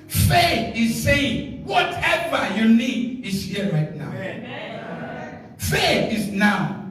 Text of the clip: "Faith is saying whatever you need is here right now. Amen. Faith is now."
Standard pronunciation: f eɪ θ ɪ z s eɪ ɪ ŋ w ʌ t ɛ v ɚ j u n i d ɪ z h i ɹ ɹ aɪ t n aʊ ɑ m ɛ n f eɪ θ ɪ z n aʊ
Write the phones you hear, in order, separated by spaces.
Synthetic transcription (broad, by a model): f eɪ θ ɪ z s eɪ ɪ ŋ w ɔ t ɛ v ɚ j u n i d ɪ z h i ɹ ɹ aɪ t n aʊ ɑ ʊ f eɪ θ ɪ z n aʊ